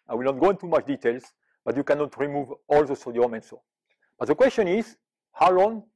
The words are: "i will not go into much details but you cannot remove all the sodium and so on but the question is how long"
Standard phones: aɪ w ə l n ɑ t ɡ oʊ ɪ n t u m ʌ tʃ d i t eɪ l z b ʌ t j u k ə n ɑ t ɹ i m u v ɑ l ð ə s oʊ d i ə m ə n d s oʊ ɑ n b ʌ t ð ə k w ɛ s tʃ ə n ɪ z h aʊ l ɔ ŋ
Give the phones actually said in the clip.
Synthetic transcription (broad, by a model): aɪ w ə l n ɑ t ɡ oʊ ɪ n t u m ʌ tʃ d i t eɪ l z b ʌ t j u k ə n ɑ t ɹ i m u v ɑ l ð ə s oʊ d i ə m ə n s oʊ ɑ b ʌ t ð ə k w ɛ s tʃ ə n ɪ z h aʊ l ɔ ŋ